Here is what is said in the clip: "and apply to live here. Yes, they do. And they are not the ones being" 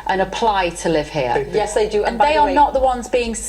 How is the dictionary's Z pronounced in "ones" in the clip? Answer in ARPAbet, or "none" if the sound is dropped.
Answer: Z